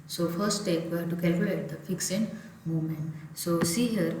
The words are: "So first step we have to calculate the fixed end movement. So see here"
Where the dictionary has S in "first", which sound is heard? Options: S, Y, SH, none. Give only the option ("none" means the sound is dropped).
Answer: none